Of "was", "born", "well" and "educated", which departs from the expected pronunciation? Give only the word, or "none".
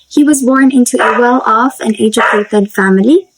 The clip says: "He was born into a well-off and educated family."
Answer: educated